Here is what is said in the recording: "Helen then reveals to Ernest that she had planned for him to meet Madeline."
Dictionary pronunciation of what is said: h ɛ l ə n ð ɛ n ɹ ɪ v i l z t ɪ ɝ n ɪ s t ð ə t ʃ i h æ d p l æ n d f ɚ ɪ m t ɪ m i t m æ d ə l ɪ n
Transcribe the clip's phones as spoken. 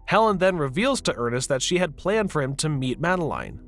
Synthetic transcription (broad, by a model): h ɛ l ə n ð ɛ n ɹ ɪ v i l z t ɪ ɝ n ɪ s t ð ə t ʃ i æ d p l æ n d f ɚ ɪ m t ɪ m i t m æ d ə l ɪ n